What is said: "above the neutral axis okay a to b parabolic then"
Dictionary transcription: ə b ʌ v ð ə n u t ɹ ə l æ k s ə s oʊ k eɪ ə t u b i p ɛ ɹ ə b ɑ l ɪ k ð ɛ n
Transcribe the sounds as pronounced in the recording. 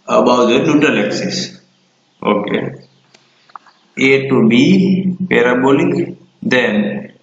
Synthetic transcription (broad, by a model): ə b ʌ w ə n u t ə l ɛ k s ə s oʊ k eɪ ə t u b i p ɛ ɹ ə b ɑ l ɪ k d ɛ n